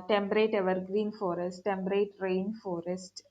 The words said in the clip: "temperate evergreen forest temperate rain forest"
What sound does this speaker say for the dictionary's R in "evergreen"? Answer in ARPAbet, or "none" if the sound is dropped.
R